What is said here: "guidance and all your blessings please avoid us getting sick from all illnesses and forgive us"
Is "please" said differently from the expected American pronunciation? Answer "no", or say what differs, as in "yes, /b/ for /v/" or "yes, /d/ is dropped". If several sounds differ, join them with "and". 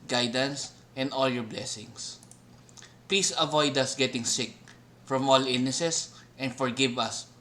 yes, /s/ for /z/